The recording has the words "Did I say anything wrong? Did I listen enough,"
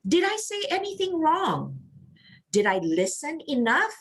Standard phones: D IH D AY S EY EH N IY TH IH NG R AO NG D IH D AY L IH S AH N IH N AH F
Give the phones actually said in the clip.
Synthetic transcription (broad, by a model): D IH D AY S EY EH N IY TH IH NG R AO NG D IH D AY L IH S AH N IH N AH F